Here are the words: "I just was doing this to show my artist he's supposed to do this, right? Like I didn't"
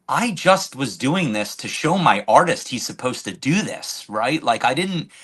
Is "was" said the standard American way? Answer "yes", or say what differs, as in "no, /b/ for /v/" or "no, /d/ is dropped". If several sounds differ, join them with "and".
yes